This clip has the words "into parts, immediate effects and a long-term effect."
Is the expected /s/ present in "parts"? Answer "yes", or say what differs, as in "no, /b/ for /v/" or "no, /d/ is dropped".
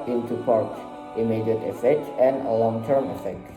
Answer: no, /s/ is dropped